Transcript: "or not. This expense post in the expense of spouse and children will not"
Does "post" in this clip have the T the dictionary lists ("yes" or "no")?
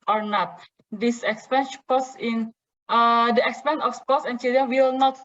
no